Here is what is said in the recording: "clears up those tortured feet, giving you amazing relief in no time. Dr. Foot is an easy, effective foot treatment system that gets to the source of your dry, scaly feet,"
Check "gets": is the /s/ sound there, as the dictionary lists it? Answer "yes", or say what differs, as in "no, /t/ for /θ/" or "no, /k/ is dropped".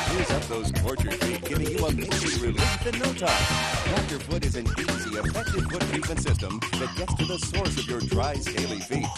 yes